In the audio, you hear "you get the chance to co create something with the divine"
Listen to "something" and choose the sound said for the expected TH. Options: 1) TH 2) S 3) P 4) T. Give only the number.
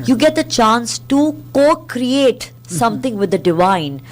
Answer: 4